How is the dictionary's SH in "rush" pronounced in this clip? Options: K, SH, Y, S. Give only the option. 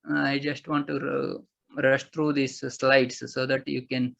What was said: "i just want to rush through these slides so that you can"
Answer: SH